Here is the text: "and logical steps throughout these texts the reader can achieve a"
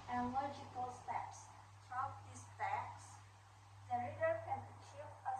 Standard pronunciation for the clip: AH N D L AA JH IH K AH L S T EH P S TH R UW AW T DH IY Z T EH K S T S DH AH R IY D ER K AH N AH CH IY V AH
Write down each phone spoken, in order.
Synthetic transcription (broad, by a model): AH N L AA JH IH K AH L S T EH P S T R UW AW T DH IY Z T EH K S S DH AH R IY D ER K AH N AH CH IY V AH